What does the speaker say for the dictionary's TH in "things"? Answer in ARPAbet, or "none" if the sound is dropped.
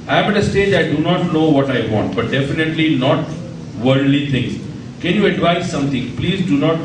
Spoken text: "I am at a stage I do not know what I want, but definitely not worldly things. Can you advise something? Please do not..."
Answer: T